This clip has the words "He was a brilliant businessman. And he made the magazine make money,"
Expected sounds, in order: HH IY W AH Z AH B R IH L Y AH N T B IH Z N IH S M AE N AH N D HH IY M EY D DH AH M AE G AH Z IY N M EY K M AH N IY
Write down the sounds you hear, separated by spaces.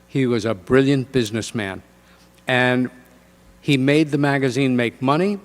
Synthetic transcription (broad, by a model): HH IY W AH Z AH B R IH L Y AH N B IH Z N IH S M AE N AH N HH IY M EY D DH AH M AE G AH Z IY N M EY K M AH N IY